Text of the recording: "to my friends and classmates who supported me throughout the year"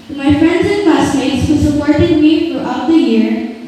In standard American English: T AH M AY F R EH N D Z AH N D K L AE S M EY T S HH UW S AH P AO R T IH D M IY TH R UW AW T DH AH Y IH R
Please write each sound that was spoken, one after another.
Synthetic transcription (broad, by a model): M AY F R EH N D Z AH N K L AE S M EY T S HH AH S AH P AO R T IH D M IY F R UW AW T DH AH Y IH R